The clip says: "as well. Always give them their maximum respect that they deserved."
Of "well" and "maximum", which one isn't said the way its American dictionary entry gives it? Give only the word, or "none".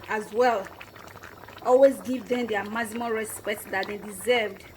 maximum